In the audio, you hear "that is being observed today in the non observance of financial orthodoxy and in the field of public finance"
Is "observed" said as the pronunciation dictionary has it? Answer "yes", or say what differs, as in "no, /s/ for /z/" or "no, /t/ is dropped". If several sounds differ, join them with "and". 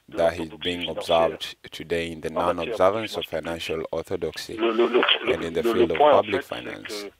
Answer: yes